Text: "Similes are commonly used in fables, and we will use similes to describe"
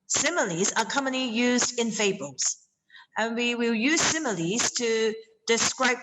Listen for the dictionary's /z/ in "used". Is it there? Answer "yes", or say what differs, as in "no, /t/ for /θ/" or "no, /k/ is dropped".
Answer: yes